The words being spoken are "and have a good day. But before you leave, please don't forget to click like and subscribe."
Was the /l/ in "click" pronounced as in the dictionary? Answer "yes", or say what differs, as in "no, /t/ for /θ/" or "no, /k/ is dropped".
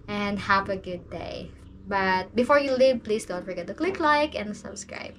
yes